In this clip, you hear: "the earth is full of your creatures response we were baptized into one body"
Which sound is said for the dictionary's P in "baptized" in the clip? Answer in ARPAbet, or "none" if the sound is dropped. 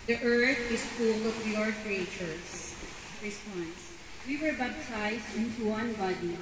B